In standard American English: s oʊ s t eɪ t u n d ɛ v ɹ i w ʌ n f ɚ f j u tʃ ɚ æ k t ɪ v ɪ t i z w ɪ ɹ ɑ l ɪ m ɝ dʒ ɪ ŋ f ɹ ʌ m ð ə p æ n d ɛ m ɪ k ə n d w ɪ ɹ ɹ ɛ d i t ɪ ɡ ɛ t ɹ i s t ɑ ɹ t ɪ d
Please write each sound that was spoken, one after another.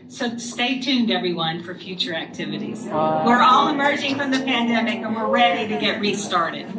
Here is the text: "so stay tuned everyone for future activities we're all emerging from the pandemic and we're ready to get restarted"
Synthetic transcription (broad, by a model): s oʊ s t eɪ t u n d ɛ v ɹ i w ʌ n f ɚ f j u tʃ ɚ æ k t ɪ v ɪ t i z w ɪ ɹ ɑ l ɪ m ɝ dʒ ɪ ŋ f ɹ ʌ m ð ə p æ n d ɛ m ɪ k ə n w ɪ ɹ ɹ ɛ d i t ɪ ɡ ɛ t ɹ i s t ɑ ɹ t ɪ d